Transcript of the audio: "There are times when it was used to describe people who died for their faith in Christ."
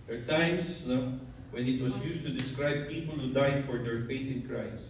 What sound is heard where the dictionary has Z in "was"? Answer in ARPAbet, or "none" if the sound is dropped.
S